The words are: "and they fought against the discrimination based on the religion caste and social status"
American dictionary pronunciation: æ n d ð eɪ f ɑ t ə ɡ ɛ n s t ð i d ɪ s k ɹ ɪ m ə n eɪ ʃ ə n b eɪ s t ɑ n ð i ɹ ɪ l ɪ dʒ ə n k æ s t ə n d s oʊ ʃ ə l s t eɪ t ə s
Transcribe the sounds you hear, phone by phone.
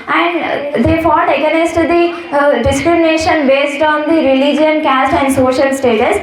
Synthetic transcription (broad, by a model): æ n d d eɪ f ɑ t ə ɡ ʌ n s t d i d ɪ s k ɹ ɪ m ə n eɪ ʃ ə n b eɪ s t ɑ n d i ɹ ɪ l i dʒ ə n k æ s t ə n d s oʊ ʃ ə l s t eɪ t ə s